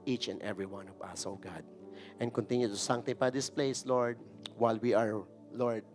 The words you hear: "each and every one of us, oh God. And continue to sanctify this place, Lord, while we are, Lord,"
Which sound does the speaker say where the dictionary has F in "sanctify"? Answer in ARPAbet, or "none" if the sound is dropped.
P